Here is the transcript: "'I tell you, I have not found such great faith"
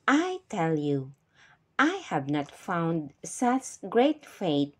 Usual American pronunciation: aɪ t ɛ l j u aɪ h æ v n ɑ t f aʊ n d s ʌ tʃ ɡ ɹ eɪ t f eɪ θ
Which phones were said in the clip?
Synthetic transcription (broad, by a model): aɪ t ɛ l j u aɪ h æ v n ɑ t f aʊ n d s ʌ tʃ ɡ ɹ eɪ t f eɪ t